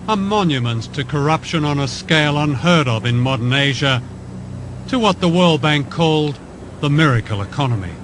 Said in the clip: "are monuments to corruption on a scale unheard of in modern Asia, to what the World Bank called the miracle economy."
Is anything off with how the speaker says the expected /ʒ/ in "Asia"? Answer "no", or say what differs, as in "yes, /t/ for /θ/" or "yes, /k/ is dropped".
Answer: no